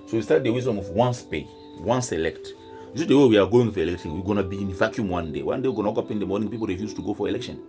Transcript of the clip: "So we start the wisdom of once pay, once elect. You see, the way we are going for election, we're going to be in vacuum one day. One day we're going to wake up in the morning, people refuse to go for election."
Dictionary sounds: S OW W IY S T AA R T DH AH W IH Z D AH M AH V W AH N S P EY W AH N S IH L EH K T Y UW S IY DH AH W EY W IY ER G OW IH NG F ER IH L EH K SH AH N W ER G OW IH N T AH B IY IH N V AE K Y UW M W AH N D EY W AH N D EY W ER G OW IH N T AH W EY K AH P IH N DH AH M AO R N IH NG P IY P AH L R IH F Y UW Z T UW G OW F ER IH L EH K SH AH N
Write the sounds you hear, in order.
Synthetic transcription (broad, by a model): S OW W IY S T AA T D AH W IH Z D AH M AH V W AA N S P EY W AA N S IH L EH K T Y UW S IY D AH W EY W IY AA G OW IH NG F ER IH L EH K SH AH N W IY G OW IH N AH B IY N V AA K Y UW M W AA N D EY W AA N D EY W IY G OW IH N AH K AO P IH N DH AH M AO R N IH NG P IY P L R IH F Y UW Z T UW G OW F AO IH L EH K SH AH N